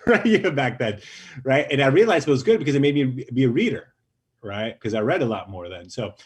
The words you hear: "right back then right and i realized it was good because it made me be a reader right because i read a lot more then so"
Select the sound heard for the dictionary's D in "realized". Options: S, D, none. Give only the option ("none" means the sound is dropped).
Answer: none